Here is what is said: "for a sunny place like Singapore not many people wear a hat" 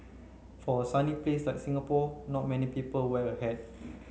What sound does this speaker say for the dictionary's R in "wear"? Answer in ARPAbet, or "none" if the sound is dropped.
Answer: L